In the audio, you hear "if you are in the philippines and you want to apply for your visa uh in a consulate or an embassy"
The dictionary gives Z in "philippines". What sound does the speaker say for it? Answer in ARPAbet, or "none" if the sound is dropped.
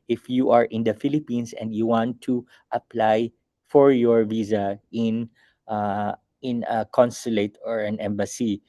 S